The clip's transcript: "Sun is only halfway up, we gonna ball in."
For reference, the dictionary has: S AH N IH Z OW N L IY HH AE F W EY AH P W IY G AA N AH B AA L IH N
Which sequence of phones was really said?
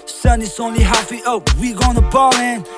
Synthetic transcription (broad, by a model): S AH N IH S OW N L IY HH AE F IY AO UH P W IY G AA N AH B AA L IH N